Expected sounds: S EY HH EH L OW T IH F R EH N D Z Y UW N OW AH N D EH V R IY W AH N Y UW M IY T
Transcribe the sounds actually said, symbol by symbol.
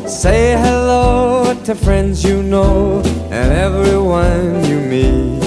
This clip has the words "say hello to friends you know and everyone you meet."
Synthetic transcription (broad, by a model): S EY HH EH L OW T IH F R EH N D Z Y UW N OW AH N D EH V R IY W AH N Y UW M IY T